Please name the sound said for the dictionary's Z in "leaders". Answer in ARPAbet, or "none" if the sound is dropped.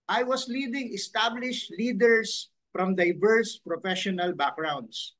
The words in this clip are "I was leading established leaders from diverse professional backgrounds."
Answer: S